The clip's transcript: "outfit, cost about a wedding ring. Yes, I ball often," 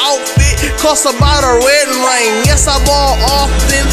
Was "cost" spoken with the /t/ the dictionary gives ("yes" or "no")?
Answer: no